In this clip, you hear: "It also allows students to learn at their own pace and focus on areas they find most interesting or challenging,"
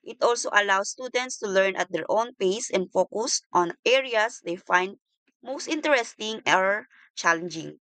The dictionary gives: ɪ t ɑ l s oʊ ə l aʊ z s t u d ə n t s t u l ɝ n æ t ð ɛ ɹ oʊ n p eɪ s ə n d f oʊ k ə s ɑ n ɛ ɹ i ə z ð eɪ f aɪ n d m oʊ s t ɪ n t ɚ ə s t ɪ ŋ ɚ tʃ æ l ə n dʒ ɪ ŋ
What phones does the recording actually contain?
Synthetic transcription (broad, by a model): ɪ t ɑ l s oʊ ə l aʊ s t u d ə n t s t u l ɝ n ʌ t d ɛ ɹ oʊ n p eɪ s ə n d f oʊ k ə s ɑ n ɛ ɹ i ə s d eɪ f aɪ n d m oʊ s t ɪ n t ɚ ə s t ɪ ŋ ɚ tʃ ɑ l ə n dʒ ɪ ŋ